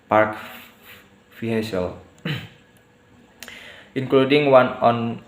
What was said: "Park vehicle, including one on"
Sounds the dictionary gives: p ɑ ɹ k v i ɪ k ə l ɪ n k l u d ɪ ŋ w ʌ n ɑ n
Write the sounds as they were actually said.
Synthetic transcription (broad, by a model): p ɑ ɹ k f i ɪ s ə l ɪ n k l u d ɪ ŋ w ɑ n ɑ n